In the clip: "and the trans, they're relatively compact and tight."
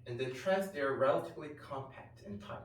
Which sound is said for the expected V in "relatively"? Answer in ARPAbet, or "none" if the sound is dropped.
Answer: V